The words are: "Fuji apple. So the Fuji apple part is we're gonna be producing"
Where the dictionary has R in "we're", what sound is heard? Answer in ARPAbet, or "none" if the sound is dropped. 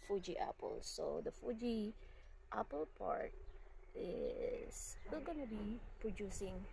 L